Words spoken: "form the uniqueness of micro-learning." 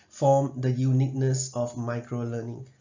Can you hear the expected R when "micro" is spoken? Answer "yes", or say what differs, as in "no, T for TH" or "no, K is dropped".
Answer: yes